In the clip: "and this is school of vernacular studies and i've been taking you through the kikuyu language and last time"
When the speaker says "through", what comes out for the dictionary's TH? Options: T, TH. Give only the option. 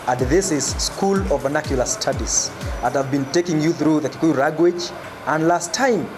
TH